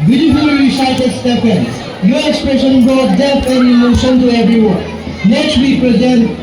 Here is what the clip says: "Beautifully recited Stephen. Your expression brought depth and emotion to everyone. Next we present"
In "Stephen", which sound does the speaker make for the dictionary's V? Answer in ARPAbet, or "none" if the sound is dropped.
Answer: P